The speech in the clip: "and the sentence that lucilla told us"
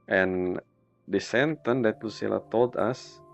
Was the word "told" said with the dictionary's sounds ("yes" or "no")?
yes